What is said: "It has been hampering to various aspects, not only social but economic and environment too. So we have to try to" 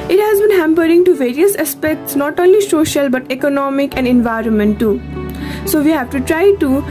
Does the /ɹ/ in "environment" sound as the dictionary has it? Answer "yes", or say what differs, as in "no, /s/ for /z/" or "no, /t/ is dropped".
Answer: yes